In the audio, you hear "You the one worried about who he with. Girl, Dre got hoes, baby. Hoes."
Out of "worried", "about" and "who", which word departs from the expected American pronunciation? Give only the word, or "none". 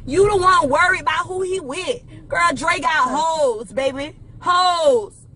worried